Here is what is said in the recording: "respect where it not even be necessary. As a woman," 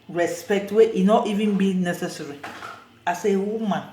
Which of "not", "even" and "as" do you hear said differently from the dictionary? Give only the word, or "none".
as